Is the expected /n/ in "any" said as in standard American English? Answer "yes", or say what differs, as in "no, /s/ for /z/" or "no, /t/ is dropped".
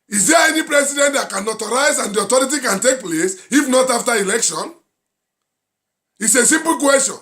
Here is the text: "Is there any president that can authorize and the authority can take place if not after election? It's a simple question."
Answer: yes